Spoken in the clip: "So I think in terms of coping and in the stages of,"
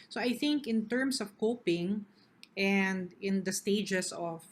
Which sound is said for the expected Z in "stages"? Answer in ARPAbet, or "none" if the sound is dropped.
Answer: S